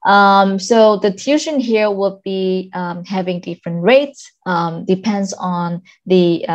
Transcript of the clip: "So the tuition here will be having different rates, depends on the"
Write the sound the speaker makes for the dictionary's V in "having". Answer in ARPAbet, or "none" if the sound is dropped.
V